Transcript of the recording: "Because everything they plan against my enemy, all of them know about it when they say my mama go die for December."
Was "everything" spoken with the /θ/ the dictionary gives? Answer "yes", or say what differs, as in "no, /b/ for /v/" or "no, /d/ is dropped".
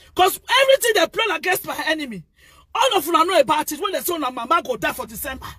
no, /t/ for /θ/